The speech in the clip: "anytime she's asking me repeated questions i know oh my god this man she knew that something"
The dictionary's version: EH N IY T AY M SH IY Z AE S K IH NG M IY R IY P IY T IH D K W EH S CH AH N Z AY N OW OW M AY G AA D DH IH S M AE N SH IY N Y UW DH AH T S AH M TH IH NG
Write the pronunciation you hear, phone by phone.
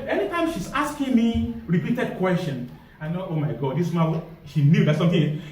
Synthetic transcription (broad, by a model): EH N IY T AY M SH IY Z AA S K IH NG M IY R IY P IY T IH D K W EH S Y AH N AY N OW OW M AY G AA D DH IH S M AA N SH IY N Y UW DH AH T S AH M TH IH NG